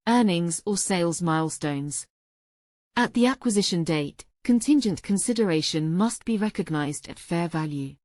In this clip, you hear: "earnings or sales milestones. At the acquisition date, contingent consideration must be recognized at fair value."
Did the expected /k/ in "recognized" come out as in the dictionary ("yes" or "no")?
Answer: yes